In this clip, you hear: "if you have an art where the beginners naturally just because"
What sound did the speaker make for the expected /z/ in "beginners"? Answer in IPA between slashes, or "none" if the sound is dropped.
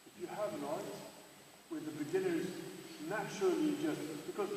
/z/